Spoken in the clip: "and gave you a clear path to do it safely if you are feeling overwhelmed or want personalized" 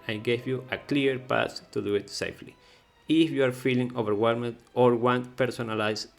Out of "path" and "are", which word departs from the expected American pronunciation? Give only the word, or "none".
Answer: path